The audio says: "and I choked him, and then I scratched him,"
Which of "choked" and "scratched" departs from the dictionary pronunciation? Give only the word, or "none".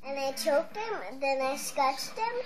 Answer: scratched